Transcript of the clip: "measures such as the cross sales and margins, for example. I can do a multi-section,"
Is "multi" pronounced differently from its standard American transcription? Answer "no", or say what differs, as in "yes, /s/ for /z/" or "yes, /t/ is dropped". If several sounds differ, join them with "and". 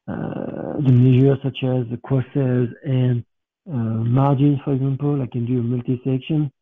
no